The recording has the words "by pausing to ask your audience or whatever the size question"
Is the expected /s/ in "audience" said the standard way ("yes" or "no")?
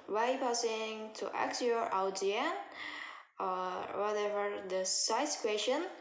no